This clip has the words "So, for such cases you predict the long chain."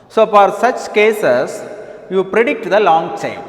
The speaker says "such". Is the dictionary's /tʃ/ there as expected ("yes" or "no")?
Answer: yes